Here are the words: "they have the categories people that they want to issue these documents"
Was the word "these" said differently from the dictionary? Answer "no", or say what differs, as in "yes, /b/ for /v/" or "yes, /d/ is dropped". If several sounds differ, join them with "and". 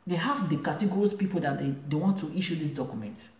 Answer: yes, /s/ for /z/